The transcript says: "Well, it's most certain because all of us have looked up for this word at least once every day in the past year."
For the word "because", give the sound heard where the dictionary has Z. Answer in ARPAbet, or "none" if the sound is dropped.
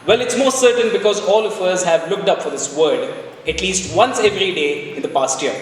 Z